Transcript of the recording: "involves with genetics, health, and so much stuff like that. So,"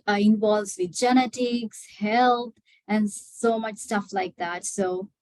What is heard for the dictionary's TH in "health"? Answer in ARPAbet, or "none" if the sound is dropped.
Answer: T